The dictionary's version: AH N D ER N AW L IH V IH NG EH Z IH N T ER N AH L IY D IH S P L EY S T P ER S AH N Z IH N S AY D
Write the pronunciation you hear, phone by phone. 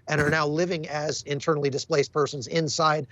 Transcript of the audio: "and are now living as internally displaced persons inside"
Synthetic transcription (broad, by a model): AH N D ER N AW L IH V IH NG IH Z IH N T ER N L IY D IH S P L EY S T P ER S AH N Z IH N S AY D